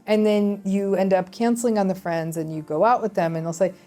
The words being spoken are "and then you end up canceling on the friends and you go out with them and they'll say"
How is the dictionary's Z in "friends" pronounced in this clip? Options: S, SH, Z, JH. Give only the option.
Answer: Z